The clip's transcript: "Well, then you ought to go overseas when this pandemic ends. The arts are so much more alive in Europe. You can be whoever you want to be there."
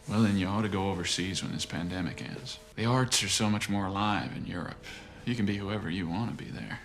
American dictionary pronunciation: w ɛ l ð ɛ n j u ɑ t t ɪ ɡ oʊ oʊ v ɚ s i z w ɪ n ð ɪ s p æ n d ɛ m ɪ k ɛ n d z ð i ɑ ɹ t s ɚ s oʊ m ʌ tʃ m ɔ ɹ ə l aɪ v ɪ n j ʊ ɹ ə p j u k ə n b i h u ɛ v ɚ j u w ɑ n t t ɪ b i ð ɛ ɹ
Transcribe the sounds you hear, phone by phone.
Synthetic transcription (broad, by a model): w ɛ l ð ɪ n j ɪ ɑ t t ɪ ɡ oʊ oʊ v ɚ s i z w ɪ n ð ɪ s p æ n d ɛ m ɪ k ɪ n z ð i ɑ ɹ t s ɚ s oʊ m ʌ tʃ m ɔ ɹ ə l aɪ v ɪ n j ʊ ɹ ə p j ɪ k ə n b i h u ɛ v ɚ j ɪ w ɑ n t t ɪ b i ð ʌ ɹ